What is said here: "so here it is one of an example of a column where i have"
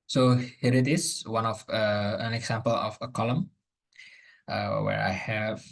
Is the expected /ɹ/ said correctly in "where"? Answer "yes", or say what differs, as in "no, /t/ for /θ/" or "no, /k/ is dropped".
yes